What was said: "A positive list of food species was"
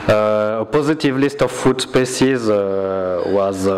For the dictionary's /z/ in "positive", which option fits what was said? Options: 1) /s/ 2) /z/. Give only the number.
2